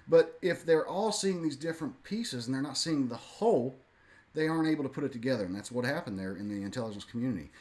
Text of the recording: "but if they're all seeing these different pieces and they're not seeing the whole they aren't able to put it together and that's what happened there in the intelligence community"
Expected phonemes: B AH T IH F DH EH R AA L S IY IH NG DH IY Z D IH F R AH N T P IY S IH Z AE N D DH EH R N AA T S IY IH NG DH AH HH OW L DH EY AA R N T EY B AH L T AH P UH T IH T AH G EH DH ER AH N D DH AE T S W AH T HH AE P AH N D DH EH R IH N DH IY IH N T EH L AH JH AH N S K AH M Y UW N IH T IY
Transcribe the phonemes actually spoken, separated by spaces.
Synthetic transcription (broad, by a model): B AH T IH F DH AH R AA L S IY IH NG DH IY Z D IH F R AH N P IY S IH Z N DH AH R N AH T S IY IH NG DH AH HH OW L DH EY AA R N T EY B L T AH P UH T IH T AH G EH DH ER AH N DH AE T S W AH T HH AE P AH N DH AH R IH N DH IY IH N T EH L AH JH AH N S K M Y UW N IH T IY